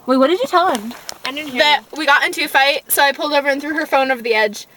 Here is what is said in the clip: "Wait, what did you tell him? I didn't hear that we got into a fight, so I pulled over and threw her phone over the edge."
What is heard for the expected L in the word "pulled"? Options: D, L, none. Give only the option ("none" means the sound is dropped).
L